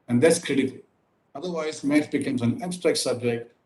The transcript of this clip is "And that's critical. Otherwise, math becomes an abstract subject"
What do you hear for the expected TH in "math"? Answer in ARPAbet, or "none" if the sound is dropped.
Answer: T